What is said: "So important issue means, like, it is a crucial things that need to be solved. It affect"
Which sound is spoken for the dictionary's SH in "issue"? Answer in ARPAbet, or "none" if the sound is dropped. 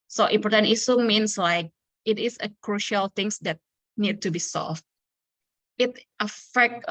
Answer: S